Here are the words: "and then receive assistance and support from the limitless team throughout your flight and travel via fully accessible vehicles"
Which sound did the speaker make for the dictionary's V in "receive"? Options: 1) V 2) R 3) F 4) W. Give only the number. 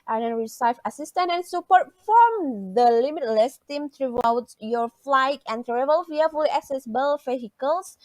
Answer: 3